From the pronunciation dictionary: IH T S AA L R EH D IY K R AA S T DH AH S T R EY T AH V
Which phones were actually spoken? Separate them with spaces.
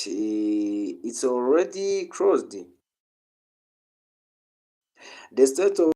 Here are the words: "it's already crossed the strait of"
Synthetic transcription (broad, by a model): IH T S AA L R EH D IY K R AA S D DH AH S T EY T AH